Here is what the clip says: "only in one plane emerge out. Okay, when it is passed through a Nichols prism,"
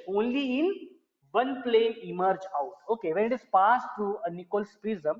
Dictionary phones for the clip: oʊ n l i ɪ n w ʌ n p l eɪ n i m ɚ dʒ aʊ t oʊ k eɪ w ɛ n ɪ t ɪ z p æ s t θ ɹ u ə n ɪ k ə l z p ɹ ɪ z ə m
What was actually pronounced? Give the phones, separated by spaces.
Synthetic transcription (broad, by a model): oʊ n l i ɪ n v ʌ n p l eɪ i m ɚ dʒ aʊ t oʊ k eɪ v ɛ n ɪ t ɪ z p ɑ s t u ə n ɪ k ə l s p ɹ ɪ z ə m